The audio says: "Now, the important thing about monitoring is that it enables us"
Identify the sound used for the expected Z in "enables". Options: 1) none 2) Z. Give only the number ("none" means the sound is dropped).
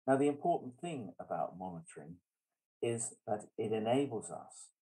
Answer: 2